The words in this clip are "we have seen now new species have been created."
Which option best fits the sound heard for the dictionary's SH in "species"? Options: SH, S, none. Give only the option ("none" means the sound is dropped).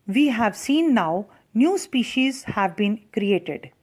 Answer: SH